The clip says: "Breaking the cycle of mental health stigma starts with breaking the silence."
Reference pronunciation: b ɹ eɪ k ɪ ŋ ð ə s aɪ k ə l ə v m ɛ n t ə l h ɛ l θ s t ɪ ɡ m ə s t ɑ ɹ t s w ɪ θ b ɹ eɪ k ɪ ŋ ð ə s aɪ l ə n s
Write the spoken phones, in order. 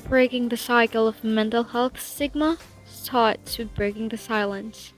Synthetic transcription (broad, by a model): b ɹ eɪ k ɪ ŋ ð ə s aɪ k l ə v m ɛ n t l h ɛ l θ s ɪ ɡ m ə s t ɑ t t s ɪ b ɹ eɪ k ɪ ŋ ð ə s aɪ l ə n s